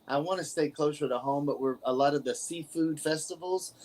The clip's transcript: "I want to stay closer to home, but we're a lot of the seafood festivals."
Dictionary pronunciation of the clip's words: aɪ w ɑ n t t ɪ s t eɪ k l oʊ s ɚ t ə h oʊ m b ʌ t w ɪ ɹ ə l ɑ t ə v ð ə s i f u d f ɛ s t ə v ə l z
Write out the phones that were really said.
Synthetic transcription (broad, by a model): aɪ w ɑ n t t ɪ s t eɪ k l oʊ s ɚ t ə h oʊ m b ʌ t w ɪ ɹ ə l ɑ t ə v ð ə s i f u d f ɛ s t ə v l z